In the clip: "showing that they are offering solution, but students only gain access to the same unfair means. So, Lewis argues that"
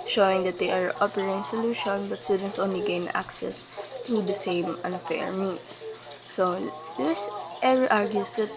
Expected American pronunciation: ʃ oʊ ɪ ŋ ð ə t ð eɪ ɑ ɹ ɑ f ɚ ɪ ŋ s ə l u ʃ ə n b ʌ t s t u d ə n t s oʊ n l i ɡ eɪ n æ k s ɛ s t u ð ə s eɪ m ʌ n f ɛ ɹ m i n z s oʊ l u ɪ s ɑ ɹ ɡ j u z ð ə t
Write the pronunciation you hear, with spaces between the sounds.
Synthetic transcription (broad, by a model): ʃ oʊ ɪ ŋ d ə t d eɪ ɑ ɹ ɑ p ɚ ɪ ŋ s ə l u ʃ ə n b ʌ t s t u d ə n t s oʊ n l i ɡ eɪ n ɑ k s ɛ s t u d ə s eɪ m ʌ n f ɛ ɹ m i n s oʊ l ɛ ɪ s ɑ ɹ ɡ j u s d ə t